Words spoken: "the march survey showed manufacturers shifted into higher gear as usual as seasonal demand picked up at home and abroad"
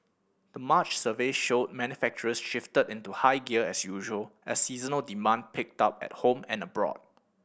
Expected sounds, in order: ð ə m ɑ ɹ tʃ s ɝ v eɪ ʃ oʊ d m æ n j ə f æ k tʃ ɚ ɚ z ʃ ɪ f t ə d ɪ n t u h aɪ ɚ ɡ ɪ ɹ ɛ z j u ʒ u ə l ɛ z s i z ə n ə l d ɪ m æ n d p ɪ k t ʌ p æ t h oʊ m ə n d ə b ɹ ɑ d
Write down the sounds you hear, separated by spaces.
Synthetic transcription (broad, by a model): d ə m ɑ tʃ s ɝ v eɪ ʃ oʊ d m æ n j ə f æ k tʃ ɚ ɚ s ʃ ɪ f t ə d ɪ n t u h aɪ ɡ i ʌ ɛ s j u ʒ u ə l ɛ s i z ə n ə l d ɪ m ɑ n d p ɪ k t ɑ p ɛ t h oʊ m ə n ə b ɹ ɑ d